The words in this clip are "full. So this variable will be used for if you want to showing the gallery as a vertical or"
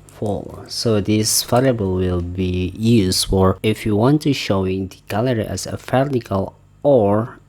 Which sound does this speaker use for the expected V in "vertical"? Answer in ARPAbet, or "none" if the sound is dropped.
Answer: F